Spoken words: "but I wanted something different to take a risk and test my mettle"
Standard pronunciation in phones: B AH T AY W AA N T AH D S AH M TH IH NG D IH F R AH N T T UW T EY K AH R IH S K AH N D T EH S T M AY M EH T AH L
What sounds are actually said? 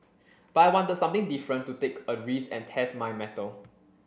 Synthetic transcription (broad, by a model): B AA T AY W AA N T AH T S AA M T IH NG D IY F R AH N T T UW T EY K AH R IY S AH N T EH S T M AY M EH T AH L